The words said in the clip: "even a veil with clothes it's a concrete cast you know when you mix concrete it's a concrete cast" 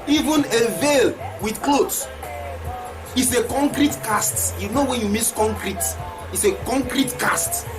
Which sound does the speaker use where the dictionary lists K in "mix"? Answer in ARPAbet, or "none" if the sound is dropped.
none